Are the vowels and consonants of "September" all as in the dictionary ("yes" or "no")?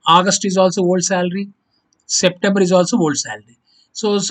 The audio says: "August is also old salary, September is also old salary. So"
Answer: yes